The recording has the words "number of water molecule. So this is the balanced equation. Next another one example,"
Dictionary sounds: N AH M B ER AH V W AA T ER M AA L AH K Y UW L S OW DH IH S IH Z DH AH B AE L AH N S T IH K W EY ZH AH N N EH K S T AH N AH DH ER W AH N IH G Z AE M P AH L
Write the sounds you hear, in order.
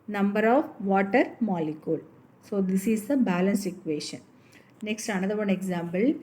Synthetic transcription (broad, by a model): N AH M B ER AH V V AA T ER M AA L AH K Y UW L S OW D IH S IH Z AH B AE L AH N S IH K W EY SH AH N N EH K S T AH N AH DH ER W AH N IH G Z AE M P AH L